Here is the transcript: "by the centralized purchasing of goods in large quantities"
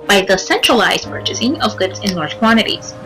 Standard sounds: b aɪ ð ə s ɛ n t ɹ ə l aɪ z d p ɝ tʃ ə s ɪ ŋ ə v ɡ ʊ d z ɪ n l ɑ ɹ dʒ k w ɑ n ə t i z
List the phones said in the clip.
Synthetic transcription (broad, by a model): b aɪ ð ə s ɛ n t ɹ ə l aɪ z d p ɝ tʃ ə s ɪ ŋ ə v ɡ ʊ d z ɪ n l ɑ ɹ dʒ k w ɑ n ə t i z